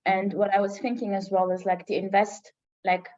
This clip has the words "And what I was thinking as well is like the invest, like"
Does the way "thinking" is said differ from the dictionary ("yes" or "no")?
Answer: no